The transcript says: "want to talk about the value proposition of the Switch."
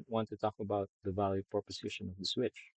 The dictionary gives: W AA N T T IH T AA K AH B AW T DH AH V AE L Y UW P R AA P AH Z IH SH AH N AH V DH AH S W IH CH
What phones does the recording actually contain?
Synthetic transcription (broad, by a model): W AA N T T IH T AA K AH B AW T DH AH V AE L Y UW P R P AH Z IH SH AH N AH V DH AH S W IH CH